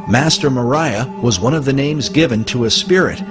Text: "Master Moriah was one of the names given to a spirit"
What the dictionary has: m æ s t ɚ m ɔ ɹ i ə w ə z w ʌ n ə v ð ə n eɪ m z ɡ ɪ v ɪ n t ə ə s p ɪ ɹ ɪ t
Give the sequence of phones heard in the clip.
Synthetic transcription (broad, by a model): m æ s t ɚ m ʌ ɹ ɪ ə w ə z w ʌ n ə v ð ə n eɪ m z ɡ ɪ v ɪ n t ə ə s p ɪ ɹ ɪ t